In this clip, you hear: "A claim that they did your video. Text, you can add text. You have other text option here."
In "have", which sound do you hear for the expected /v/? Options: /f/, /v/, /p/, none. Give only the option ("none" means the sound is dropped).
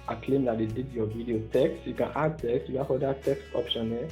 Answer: /f/